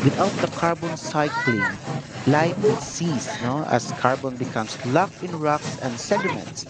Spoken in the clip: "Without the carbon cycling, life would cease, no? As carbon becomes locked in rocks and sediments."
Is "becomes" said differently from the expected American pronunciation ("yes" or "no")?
yes